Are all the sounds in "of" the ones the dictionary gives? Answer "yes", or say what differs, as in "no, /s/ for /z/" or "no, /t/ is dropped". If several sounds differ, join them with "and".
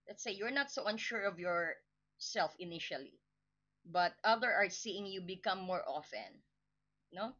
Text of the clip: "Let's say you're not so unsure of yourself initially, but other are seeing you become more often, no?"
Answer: yes